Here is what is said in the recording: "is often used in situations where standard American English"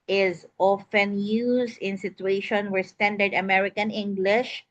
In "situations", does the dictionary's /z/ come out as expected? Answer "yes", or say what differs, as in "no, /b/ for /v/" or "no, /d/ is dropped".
no, /z/ is dropped